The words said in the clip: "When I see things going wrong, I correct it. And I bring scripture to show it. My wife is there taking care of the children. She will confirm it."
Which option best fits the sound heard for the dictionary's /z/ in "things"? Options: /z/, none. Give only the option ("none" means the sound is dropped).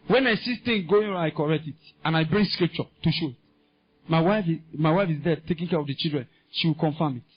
none